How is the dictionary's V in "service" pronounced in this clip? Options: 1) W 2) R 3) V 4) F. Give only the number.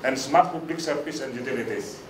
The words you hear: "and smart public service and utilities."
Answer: 4